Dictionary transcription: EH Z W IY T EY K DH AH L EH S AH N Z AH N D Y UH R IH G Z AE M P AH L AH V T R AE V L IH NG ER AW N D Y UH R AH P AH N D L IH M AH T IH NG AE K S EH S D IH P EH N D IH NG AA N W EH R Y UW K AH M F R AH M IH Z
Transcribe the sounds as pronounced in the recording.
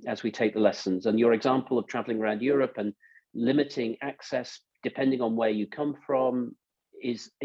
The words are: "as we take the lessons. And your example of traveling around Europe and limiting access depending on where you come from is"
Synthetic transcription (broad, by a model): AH Z W IY T EY K DH AH L EH S AH N Z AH N Y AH R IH G Z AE M P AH L AH V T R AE V L IH NG ER AW N D Y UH R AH P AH N L IH M AH T IH NG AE K S EH S D IH P EH N D IH NG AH N W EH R Y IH K AH M F R AH M IH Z